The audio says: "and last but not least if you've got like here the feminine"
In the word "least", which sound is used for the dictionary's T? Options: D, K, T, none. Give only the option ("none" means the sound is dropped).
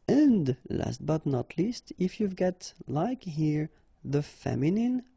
T